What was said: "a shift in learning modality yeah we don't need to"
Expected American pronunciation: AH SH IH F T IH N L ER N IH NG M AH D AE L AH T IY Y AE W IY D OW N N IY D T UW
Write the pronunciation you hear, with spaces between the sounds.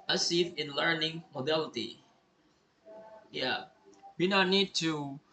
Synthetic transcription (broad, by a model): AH S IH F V IH N L ER N IH NG M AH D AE L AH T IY Y AE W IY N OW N N IY D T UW